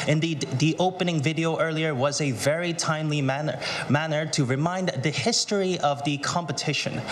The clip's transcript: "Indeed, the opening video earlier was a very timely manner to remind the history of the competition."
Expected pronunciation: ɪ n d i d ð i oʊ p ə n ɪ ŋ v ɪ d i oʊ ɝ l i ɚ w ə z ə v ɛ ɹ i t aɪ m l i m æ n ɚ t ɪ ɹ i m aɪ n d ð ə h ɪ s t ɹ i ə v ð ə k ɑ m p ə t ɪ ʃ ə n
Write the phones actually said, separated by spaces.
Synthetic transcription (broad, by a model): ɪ n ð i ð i oʊ p ə n ɪ ŋ v ɪ d i oʊ ɝ l i ɚ w ə z ə v ɛ ɹ i t aɪ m l i m æ n ɚ t ɪ ɹ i m aɪ n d ð ə h ɪ s t ɹ i ə v ð ə k ɑ m p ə t ɪ ʃ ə n